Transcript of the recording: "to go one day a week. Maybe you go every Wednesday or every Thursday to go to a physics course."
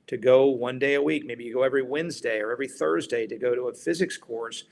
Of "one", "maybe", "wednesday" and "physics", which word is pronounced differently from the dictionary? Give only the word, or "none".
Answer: none